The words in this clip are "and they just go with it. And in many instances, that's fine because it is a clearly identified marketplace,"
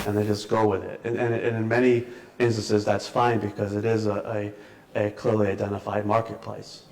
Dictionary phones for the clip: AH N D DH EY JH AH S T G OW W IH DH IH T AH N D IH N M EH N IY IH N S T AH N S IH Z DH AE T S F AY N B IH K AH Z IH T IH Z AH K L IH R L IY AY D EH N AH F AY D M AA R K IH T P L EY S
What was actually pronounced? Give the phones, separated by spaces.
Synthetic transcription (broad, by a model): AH N DH EY JH AH S G OW W IH DH IH T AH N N IH N M EH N IY IH N S T AH N S IH Z DH AE T S F AY N B IH K AH Z IH T IH Z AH K L IH R L IY AY D EH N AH F AY D M AA R K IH T P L EY S